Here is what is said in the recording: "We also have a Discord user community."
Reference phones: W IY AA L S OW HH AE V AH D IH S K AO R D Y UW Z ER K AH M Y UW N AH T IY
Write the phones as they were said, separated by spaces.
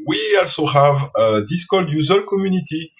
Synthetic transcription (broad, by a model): W IY AA L S OW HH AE V AH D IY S K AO L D Y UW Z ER K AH M Y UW N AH T IY